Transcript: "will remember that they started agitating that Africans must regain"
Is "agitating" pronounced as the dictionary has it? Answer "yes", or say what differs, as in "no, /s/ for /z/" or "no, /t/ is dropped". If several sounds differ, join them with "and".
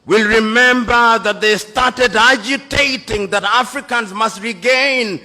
yes